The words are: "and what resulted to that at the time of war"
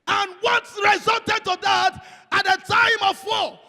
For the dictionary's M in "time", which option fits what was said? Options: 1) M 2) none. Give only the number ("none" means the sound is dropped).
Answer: 1